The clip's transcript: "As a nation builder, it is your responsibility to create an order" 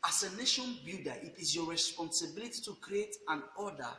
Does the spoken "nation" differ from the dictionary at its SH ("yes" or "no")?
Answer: no